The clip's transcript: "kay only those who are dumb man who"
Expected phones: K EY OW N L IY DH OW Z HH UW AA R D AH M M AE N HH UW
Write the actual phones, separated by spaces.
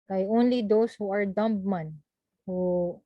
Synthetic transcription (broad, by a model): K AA OW N L IY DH OW S HH UW AA R D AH M M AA N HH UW